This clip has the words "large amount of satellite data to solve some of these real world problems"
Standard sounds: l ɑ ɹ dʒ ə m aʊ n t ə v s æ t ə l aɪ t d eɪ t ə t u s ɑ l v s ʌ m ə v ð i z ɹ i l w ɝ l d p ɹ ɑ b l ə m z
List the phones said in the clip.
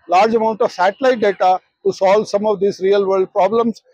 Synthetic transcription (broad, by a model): l ɑ ɹ dʒ ə m aʊ n t ə v s æ t ə l aɪ t d eɪ t ə t u s ɑ l v s ʌ m ə v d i s ɹ i l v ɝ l d p ɹ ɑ b l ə m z